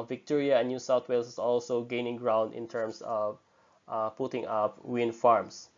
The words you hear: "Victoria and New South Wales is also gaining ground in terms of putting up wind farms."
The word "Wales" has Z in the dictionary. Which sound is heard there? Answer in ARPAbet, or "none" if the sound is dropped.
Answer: S